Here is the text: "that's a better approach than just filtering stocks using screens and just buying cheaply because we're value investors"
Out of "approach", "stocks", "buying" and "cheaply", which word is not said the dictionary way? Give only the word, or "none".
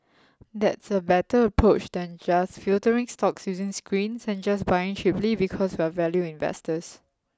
cheaply